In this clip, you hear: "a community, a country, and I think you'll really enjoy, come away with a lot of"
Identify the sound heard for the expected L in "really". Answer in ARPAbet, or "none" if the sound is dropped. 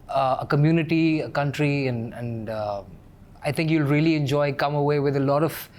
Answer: L